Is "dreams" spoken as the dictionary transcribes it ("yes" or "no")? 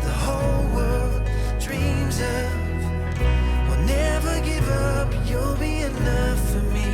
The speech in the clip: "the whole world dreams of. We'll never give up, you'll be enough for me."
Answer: yes